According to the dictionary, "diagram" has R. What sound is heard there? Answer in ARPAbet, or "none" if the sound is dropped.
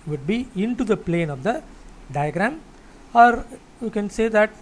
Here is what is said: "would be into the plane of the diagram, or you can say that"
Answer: R